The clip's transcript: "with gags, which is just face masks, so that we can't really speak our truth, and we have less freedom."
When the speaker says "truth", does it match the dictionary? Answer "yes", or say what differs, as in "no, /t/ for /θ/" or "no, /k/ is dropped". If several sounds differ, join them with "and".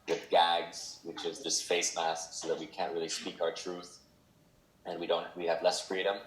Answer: yes